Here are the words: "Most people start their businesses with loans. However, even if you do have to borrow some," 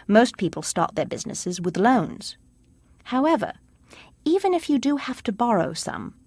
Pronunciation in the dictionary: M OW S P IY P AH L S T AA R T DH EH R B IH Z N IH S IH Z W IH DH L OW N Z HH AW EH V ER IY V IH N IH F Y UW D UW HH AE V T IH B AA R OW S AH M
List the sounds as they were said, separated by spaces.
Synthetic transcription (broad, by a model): M OW S P IY P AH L S T AA R T DH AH R B IH Z N IH S IH Z W IH DH L OW N Z HH AW EH V ER IY V IH N IH F Y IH D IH HH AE F T IH B AA R OW S AH M